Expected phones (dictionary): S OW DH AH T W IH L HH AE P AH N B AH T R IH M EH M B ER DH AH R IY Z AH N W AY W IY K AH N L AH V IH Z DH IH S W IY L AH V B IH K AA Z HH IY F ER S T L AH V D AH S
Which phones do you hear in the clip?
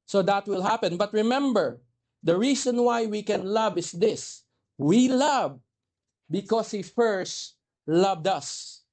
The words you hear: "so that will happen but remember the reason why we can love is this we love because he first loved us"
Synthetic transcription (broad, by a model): S OW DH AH T W IH L HH AE P AH N B AH T R IH M EH M B ER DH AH R IY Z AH N W AY W IY K AH N L AH V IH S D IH S W IY L AH V B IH K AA S HH IY F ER S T L AH V D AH S